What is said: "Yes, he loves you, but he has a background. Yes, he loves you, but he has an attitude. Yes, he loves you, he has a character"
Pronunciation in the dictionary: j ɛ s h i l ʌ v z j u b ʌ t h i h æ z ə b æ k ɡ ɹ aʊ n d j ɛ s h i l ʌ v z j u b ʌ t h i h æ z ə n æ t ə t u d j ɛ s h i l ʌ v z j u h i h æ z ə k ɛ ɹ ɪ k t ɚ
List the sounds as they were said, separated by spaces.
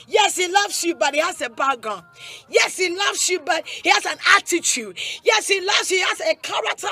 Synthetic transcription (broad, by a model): j ɛ s h i l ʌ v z j u b ʌ t h i h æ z ə b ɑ ɡ aʊ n j ɛ s h i l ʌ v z j u b ʌ t h i h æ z ə n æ t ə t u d j ɛ s h i l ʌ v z h i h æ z ə k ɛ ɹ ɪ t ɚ